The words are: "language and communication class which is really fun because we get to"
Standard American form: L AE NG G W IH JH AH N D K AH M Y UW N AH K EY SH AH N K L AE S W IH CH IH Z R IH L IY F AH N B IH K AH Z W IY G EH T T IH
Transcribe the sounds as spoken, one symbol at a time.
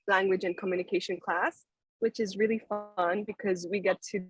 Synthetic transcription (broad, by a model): L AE NG G W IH JH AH N K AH M Y UW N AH K EY SH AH N K L AE S W IH CH IH Z R IH L IY F AH N B IH K AH Z W IY G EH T T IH